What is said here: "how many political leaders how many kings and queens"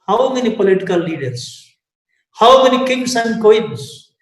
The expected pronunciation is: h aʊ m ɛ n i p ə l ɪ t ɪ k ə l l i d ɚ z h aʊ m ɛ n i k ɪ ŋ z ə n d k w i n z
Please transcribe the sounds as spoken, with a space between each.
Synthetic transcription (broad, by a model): h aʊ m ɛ n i p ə l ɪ t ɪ k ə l l i d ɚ s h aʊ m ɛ n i k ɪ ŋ s ə n d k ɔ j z